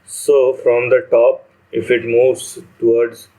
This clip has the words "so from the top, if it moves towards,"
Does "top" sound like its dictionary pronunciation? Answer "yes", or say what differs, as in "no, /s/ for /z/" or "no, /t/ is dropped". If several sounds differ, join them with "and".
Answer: yes